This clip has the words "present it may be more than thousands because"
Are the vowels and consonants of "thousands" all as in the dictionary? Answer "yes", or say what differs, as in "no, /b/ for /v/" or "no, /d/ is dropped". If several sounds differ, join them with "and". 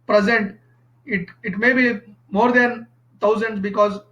no, /t/ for /θ/